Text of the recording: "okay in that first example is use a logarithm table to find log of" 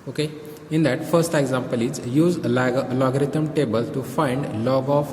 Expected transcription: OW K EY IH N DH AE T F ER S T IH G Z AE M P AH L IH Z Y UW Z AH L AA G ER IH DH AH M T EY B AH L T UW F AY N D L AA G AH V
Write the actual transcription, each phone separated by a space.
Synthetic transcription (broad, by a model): OW K EY IH N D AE T F ER S T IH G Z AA M P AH L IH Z Y UW Z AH L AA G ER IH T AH M T EY B AH L T UW F AY N D L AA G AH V